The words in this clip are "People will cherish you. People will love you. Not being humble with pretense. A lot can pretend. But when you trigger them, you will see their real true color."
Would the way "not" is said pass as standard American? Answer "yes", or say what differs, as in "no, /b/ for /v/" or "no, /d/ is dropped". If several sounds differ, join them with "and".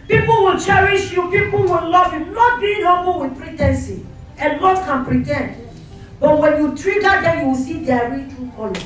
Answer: no, /l/ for /n/